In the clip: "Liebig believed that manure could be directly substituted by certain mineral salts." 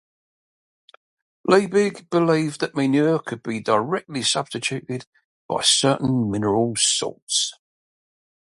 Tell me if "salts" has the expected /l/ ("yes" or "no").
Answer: no